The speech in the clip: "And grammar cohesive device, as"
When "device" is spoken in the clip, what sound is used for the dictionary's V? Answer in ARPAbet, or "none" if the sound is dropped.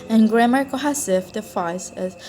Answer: F